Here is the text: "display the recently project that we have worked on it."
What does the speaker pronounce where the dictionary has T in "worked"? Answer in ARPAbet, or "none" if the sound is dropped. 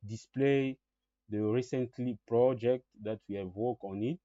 none